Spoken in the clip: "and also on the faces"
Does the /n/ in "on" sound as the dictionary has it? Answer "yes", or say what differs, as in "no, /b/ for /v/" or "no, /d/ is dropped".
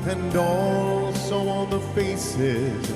no, /l/ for /n/